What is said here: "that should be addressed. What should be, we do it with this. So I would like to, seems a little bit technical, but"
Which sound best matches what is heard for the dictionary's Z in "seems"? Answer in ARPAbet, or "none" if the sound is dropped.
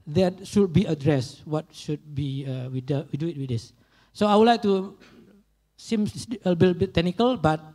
none